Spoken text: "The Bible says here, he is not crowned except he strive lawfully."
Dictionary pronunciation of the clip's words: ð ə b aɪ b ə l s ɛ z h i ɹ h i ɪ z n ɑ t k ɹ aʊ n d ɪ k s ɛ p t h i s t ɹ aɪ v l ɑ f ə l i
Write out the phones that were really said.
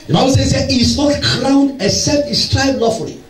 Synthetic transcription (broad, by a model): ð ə b aɪ b ə l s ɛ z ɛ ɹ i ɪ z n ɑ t k ɹ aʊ n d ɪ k s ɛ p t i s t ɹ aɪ b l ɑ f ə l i